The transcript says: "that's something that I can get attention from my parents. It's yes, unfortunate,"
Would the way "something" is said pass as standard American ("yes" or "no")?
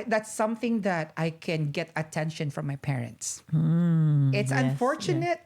yes